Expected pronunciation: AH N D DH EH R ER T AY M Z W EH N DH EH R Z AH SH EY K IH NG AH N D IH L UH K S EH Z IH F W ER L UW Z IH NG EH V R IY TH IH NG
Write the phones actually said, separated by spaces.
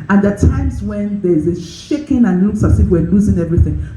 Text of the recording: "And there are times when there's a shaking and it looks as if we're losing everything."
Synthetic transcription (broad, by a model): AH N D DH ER T AY M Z W EH N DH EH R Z AH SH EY K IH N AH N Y IH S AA S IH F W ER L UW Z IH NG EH V R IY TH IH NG